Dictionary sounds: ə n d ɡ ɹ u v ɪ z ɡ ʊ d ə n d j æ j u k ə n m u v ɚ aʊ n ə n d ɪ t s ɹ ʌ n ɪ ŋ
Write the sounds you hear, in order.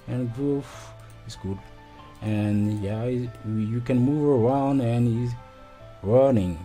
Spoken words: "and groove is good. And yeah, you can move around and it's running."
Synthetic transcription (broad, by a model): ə n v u f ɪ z ɡ ʊ d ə n j æ j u k ə n m u v ɚ aʊ n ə n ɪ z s ɹ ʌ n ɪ ŋ